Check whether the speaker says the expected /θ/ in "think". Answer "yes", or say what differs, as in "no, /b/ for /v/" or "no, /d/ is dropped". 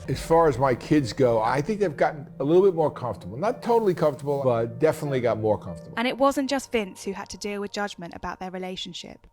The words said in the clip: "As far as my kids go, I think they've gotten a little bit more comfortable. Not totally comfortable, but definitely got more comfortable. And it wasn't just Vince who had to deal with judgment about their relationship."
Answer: yes